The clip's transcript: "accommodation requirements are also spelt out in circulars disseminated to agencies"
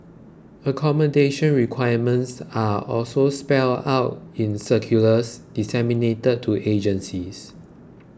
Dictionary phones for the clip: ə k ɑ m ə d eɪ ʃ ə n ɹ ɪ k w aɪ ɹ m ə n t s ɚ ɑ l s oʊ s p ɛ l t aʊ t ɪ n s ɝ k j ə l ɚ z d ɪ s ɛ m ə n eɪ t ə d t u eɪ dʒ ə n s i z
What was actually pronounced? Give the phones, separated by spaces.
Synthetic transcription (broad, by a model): ə k ɑ m ə d eɪ ʃ ə n ɹ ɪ k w aɪ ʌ m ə n t s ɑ ɑ l s oʊ s p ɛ l aʊ t ɪ n s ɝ k j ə l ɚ s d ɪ s ɛ m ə n eɪ t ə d t u eɪ dʒ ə n s i s